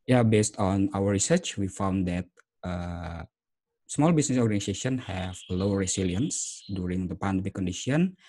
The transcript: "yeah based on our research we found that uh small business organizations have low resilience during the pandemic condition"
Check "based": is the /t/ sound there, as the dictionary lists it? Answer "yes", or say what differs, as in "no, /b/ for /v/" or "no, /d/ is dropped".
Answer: yes